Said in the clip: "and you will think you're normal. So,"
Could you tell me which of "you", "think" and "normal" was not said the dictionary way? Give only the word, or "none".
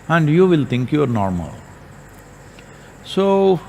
think